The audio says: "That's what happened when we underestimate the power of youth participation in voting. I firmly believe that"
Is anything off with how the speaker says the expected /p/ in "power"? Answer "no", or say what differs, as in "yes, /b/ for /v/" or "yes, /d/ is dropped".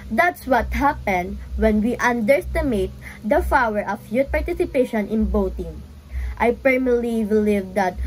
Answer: yes, /f/ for /p/